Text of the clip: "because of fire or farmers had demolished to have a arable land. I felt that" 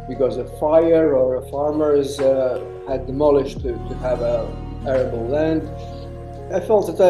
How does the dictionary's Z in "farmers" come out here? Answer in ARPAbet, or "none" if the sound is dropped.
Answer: Z